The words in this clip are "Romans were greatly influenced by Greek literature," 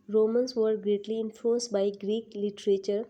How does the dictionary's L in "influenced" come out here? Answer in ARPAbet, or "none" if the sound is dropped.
none